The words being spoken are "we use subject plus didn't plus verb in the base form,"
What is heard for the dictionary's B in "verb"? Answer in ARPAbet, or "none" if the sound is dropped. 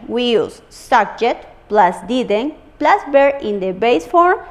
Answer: none